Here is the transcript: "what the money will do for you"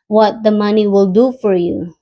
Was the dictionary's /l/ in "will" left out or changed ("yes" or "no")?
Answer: no